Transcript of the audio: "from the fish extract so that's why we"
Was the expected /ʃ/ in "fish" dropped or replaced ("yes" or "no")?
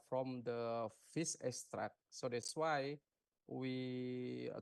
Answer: yes